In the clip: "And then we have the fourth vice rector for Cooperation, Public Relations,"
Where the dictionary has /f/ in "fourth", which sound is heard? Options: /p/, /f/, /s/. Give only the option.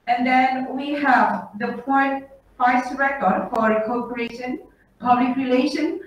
/p/